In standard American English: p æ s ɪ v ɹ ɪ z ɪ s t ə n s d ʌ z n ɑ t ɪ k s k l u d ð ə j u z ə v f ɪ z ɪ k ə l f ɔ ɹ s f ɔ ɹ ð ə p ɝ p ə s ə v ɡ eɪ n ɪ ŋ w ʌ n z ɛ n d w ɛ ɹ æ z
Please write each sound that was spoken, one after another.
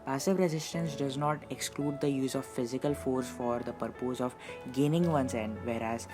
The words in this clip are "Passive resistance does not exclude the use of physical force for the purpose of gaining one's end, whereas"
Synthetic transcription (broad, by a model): p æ s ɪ v ɹ ɪ z ɪ s t ə n s d ʌ z n ɑ t ɪ k s k l u d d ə j u z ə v f ɪ z ɪ k ə l f ɔ ɹ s f ɔ ɹ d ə p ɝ p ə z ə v ɡ eɪ n ɪ ŋ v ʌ n s ɛ n d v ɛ ɹ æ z